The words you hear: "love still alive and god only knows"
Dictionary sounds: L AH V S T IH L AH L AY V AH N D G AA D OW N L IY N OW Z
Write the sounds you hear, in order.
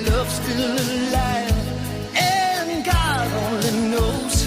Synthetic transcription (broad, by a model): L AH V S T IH L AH IH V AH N G AA D OW N L IY N OW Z